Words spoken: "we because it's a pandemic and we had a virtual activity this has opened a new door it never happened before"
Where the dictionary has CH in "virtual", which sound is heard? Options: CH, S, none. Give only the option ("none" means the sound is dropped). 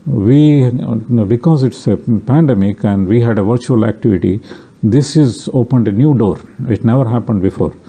CH